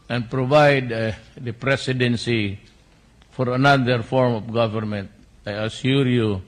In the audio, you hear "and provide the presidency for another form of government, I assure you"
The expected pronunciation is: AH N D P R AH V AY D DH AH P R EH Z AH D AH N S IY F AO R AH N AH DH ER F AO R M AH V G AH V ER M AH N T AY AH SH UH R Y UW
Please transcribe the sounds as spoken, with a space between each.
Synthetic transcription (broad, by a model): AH N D P R AH V AY D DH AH P R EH S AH D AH N S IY F AO R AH N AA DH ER F AO R M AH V G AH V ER M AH N T AY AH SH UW R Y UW